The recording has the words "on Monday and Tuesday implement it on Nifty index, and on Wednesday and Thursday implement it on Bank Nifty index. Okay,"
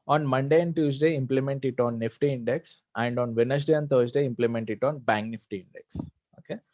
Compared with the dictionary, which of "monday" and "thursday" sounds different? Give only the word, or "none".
thursday